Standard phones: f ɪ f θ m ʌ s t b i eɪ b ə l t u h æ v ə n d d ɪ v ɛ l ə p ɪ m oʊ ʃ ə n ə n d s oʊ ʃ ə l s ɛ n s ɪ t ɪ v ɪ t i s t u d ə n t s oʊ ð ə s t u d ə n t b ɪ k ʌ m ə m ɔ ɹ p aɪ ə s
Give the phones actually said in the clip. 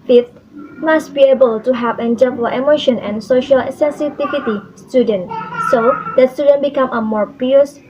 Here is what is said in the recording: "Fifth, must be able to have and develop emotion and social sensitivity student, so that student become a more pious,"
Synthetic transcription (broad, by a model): f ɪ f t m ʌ s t b i eɪ b ə l t u h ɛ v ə n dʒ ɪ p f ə ɪ m oʊ ʃ ə n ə n s oʊ ʃ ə l s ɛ n s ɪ t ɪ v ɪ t i s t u d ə n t s oʊ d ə s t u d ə n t b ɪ k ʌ m ə m ɔ ɹ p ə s